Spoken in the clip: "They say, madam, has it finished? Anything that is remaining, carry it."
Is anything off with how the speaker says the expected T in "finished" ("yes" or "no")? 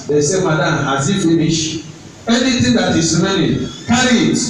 yes